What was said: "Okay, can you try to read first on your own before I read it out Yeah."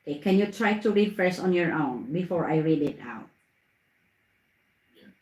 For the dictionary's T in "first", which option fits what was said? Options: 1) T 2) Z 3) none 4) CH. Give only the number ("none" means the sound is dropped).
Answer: 3